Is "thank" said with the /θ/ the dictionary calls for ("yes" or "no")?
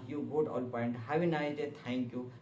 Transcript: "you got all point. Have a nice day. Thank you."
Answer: no